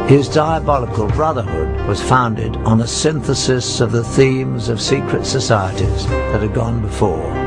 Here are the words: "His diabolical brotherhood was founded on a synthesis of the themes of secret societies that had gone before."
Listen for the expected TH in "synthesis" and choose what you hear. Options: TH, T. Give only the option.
TH